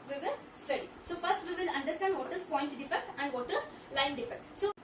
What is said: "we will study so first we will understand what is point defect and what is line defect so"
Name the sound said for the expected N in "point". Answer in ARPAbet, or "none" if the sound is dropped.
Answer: N